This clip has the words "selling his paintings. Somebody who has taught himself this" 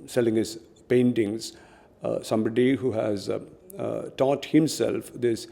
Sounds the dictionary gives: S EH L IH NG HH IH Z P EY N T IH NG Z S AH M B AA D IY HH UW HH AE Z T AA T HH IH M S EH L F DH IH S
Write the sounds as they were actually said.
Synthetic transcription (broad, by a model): S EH L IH NG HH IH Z P EY N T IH NG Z S AH M B AA D IY HH UW HH AE Z T AA T HH IH M S EH L F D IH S